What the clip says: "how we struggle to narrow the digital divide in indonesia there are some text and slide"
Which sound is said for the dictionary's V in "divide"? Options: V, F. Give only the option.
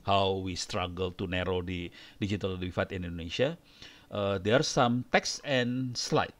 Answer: F